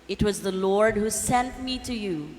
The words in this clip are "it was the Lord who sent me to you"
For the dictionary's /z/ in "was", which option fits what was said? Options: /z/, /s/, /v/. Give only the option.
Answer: /z/